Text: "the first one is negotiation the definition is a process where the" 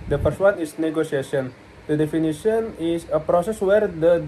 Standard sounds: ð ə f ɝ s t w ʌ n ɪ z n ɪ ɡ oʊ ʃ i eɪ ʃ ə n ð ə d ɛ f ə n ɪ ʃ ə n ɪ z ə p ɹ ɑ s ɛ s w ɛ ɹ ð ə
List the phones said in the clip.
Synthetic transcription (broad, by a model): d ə p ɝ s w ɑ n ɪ s n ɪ ɡ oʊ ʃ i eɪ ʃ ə n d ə d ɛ f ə n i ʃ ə n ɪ s ə p ɹ ɑ s ɛ s w ɛ ɹ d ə